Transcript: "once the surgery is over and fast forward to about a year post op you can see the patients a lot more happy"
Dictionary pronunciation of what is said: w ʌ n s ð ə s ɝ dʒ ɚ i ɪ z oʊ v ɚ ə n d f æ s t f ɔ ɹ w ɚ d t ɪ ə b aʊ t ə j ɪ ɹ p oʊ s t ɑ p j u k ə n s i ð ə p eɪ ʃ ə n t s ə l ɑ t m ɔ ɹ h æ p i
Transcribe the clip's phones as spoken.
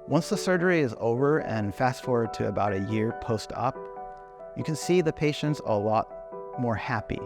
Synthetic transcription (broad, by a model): w ʌ n s ð ə s ɝ dʒ ɚ i ɪ z oʊ v ɚ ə n f æ s t f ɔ ɹ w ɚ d t ɪ ə b aʊ t ə j ɪ ɹ p oʊ s t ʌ p j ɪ k ə n s i ð ə p eɪ ʃ ə n t s ə l ɑ t m ɔ ɹ h æ p i